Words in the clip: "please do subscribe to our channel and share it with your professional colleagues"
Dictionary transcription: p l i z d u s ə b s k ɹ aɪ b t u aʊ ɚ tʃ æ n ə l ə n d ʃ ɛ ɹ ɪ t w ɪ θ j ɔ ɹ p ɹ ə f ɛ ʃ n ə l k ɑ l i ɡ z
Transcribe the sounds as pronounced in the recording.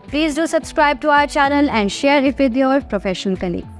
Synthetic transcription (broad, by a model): p l i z d u s ə b s k ɹ aɪ b t u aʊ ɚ tʃ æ n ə l ə n d ʃ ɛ ɹ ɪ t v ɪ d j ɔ ɹ p ɹ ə f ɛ ʃ ə n k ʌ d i